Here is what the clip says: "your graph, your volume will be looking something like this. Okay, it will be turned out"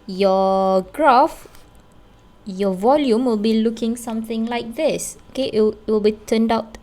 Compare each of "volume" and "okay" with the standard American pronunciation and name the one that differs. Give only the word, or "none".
none